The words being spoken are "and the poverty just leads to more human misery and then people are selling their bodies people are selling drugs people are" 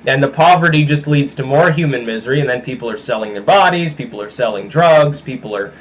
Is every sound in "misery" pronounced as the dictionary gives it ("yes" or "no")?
yes